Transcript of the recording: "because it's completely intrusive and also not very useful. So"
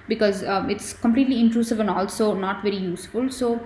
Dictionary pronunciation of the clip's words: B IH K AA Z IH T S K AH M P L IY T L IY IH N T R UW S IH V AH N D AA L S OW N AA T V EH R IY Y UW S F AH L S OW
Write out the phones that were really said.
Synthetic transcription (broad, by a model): B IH K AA Z IH T S K AH M P L IY T L IY IH N T R UW S IH V AH N D AA L S OW N AA T V EH R IY Y UW S F AH L S OW